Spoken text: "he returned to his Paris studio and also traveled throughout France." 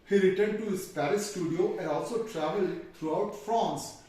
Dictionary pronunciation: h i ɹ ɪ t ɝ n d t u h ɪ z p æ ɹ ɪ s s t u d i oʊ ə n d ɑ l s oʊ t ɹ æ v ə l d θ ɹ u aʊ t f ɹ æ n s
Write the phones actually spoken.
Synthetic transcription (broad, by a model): h i ɹ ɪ t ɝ n d t u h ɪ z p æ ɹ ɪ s s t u d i oʊ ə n d ɑ l s oʊ t ɹ æ v ə l d t ɹ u aʊ t f ɹ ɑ n s